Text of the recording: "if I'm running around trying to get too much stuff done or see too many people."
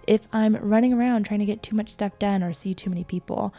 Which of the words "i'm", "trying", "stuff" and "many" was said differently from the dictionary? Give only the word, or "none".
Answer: stuff